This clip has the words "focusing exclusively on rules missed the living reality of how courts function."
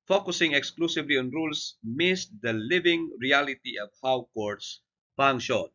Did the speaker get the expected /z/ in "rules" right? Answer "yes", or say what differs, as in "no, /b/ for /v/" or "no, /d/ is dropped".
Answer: no, /s/ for /z/